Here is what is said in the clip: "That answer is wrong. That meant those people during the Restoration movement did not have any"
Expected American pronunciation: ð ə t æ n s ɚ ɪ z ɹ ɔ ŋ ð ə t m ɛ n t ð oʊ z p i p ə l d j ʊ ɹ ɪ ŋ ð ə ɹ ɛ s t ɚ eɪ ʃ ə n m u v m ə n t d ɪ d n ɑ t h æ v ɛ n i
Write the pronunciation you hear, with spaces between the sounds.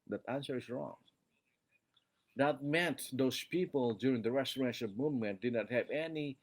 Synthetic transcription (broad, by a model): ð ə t æ n s ɚ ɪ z ɹ ɔ ŋ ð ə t m ɛ n t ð oʊ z p i p ə l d j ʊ ɹ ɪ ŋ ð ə ɹ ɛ s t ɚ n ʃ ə l m u v m ə n t d ɪ d n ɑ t h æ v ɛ n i